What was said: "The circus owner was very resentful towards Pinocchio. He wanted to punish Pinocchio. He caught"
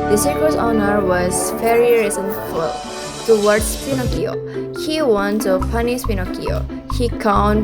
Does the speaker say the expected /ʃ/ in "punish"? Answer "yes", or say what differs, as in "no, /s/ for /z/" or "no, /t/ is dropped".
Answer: no, /s/ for /ʃ/